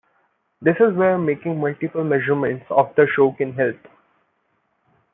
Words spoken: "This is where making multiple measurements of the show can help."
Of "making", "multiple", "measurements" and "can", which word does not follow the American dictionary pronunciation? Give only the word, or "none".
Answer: none